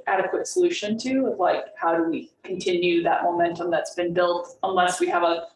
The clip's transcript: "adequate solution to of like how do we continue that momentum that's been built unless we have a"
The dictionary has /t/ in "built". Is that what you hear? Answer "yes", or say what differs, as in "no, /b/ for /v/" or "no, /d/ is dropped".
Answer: yes